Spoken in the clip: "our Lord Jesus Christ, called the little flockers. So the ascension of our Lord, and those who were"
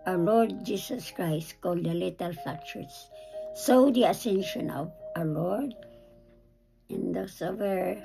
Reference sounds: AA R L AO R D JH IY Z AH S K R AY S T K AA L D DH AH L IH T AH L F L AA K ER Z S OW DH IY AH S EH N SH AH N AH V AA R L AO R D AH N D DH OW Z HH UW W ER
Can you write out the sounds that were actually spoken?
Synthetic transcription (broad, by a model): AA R L AO R D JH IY S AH S K R AY S T K AA L D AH L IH T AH L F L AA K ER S S OW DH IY AH S EH N SH AH N AH V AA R L AO R D AH N D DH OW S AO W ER